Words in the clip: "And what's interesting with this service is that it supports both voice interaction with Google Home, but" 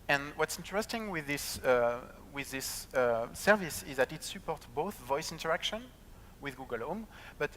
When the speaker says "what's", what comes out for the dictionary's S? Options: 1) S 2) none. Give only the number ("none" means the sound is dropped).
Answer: 1